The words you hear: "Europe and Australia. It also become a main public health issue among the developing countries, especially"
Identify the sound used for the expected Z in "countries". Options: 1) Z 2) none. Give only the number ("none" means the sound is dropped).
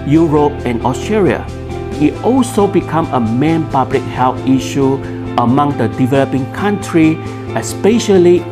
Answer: 2